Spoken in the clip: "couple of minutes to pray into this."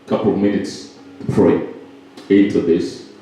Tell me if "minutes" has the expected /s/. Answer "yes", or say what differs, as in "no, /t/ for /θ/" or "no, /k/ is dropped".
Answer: yes